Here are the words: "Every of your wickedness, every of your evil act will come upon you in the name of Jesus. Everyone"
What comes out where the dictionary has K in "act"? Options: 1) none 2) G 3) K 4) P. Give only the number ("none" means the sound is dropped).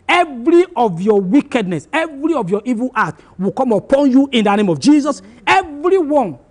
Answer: 1